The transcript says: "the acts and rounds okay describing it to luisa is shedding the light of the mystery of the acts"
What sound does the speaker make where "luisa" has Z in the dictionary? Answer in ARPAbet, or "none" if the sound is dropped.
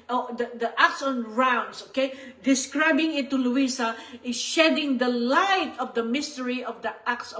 S